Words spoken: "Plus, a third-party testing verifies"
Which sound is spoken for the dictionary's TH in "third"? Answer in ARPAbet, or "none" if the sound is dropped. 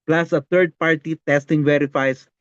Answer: T